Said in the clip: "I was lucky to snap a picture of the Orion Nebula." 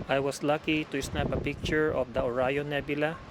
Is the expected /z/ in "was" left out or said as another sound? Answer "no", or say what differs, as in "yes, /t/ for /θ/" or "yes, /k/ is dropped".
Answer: yes, /s/ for /z/